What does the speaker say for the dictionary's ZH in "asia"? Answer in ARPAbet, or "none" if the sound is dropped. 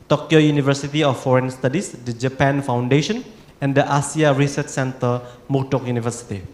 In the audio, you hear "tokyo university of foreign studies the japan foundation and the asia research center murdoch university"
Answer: S